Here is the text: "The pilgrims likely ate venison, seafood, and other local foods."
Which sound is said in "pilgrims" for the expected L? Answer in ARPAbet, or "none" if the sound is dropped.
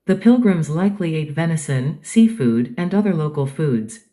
L